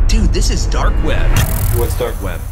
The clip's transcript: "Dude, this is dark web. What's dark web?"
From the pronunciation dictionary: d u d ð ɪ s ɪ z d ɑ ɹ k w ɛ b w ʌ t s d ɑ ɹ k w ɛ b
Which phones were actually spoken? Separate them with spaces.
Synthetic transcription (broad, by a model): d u ð ɪ s ɪ z d ɑ ɹ k w ɛ b w ʌ t s d ɑ ɹ k w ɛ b